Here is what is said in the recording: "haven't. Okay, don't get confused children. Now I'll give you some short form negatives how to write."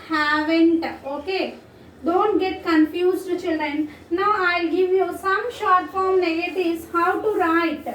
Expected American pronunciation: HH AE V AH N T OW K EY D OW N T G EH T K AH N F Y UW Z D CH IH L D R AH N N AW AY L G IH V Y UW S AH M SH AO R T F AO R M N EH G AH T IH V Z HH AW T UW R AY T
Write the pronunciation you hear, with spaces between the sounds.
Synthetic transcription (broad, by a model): HH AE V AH N T OW K EY D OW N T G EH T K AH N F Y UW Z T CH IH L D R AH N N AW AY L G IH V Y UW S AH M SH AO R T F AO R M N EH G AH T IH Z HH AW T UW R AY T